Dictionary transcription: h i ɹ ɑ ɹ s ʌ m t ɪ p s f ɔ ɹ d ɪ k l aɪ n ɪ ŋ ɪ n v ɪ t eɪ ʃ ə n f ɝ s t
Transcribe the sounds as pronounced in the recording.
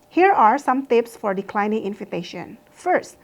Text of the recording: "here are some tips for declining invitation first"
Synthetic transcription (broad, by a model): h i ɹ ɑ ɹ s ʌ m t ɪ p s f ɔ ɹ d ɪ k l aɪ n ɪ ŋ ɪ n f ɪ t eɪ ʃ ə n f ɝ s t